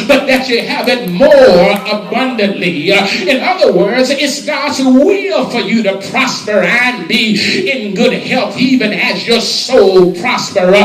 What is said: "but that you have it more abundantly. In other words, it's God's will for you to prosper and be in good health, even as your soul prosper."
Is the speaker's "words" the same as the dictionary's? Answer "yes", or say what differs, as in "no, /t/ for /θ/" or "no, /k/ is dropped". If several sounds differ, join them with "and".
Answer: yes